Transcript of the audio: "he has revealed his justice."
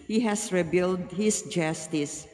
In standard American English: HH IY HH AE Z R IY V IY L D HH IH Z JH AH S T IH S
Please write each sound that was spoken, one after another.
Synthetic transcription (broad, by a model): HH IY HH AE S R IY B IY L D HH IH S JH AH S T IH S